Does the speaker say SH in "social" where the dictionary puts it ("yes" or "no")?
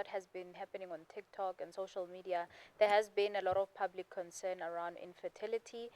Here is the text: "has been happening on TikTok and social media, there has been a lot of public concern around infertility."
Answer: yes